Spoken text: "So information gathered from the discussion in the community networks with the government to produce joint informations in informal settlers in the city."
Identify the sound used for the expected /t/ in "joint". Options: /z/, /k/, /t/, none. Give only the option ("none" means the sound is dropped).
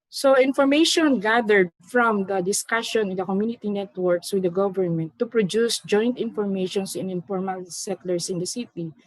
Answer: /t/